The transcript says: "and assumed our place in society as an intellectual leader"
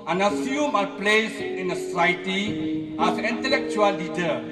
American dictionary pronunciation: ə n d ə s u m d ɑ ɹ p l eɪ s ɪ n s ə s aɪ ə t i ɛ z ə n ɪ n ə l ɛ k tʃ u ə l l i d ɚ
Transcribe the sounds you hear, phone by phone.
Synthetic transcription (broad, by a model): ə n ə s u m ɑ p l eɪ s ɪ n s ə s aɪ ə t i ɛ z ə n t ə l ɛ k tʃ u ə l l i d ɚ